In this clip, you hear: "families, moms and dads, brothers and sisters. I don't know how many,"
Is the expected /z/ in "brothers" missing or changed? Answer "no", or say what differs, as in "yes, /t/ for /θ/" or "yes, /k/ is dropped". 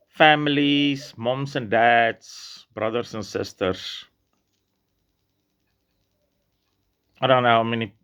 yes, /s/ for /z/